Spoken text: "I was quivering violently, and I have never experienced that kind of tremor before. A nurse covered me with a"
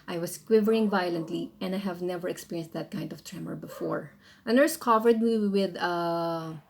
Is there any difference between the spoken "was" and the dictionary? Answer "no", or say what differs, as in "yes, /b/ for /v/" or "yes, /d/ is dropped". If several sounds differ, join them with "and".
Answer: yes, /s/ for /z/